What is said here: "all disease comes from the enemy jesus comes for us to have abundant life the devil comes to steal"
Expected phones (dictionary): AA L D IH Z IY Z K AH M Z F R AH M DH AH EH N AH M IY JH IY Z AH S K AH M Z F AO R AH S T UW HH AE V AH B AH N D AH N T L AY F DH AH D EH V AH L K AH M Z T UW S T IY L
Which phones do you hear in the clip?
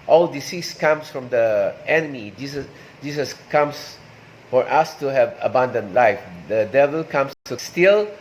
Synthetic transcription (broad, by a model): AA L D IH S IY S K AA M S F R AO M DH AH EH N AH M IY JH IY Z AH S K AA M S F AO R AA S T UW HH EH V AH B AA N D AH N L AY F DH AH D EH V AH L K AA M S T UW S T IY L